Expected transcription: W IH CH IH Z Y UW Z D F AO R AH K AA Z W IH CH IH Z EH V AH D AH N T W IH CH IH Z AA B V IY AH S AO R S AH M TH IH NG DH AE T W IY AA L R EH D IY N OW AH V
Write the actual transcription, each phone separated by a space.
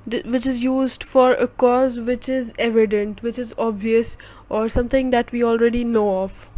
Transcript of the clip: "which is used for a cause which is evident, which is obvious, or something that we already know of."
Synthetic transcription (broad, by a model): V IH CH IH Z Y UW Z D F AO R AH K AA Z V IH CH IH Z EH V AH D AH N T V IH CH IH Z AA B V IY AH S AO R S AH M T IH NG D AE T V IY AA L R EH D IY N OW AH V